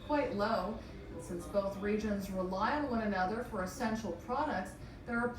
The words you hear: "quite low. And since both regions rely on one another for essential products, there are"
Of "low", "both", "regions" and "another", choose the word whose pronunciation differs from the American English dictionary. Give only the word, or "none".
none